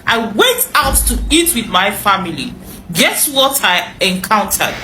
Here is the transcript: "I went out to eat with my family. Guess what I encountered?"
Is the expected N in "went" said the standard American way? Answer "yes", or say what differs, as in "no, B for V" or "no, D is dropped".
no, N is dropped